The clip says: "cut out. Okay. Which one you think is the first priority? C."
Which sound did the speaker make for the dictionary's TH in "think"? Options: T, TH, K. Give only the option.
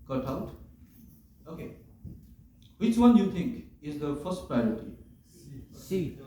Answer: T